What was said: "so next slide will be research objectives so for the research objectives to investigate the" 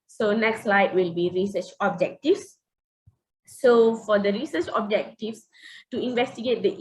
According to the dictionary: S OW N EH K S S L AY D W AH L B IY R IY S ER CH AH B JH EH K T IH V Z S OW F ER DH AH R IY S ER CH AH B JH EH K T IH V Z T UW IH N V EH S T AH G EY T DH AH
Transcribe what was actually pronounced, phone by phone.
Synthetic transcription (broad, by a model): S OW N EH K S S L AY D W AH L B IY R IY S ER CH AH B JH EH K T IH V S OW F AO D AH R IY S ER CH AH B JH EH K T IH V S T UW IH N V EH S T AH G EY T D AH